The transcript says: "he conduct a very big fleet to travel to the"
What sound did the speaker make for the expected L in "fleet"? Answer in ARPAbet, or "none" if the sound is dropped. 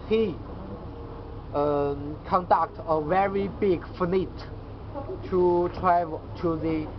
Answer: N